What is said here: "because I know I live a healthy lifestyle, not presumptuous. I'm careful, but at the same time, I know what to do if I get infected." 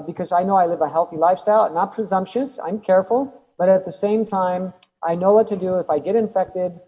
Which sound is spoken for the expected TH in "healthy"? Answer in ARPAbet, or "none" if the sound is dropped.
TH